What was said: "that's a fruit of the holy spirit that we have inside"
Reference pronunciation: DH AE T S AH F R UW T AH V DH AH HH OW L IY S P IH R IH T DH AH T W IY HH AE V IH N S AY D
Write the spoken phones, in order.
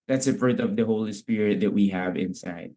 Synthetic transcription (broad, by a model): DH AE T S AH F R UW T AH V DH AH HH OW L IY S P IH R IH T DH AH T W IY HH AE V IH N S AY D